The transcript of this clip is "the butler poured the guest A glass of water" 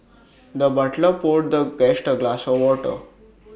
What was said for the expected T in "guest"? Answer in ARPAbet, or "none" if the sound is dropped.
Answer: T